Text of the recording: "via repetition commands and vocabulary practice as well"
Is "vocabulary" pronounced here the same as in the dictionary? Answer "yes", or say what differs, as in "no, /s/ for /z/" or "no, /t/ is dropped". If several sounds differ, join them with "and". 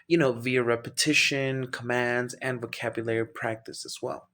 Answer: yes